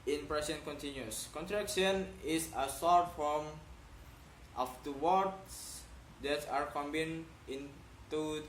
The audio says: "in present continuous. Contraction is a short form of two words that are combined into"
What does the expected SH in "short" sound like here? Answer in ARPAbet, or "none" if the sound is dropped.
S